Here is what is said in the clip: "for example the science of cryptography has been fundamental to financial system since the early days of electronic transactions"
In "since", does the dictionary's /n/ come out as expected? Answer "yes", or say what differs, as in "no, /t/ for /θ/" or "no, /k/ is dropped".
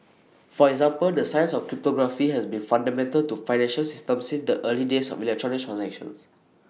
no, /n/ is dropped